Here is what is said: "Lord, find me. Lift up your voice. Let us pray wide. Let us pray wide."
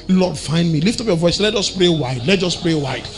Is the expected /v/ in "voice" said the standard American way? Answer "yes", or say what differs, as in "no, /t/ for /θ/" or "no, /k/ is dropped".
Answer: yes